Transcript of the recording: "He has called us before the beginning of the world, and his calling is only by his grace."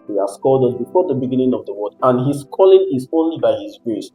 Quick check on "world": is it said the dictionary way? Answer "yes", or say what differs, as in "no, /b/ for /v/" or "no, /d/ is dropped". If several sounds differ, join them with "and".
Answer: no, /l/ is dropped